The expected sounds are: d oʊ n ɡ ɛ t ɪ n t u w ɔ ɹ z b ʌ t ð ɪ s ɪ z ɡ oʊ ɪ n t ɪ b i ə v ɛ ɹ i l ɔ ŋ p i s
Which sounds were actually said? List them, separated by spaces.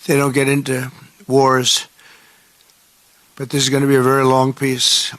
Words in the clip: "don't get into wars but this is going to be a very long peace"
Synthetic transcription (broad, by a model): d oʊ n ɡ ɛ t ɪ n t u w ɔ ɹ z b ʌ t ð ɪ s ɪ z ɡ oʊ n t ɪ b i ə v ɛ ɹ i l ɔ ŋ p i s